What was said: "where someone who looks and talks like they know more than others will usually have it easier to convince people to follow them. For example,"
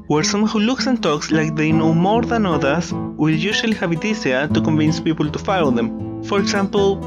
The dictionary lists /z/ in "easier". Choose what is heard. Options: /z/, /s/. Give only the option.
/s/